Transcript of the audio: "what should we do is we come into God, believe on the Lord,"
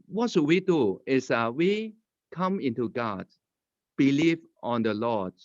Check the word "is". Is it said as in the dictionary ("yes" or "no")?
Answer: no